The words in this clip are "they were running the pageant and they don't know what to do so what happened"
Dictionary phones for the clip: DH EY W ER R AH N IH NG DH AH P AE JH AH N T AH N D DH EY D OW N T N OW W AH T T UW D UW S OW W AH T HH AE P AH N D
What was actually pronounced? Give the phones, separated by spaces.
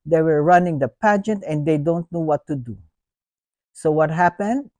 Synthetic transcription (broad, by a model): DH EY W ER R AH N IH NG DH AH P AE JH AH N T AH N D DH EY D OW N T N OW W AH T T UW D UW S OW W AH T HH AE P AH N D